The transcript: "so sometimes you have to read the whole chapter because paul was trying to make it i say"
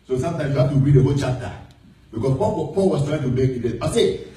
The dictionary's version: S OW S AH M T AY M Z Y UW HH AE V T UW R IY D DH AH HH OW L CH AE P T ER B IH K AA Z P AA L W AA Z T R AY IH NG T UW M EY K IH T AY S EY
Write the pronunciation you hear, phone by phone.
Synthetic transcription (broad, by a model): S OW S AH M T AY M S Y UW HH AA F T UW R IY D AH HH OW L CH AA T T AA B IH K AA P P AA L W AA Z T R AY IH NG T UW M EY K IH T AY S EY